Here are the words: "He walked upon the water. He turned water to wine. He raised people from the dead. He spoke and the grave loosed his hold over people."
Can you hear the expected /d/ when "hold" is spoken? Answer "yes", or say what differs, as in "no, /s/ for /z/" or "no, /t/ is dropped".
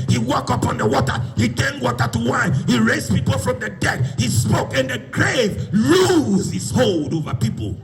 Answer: yes